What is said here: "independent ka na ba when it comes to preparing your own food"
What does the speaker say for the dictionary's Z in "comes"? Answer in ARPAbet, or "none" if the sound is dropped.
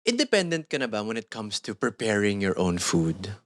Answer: S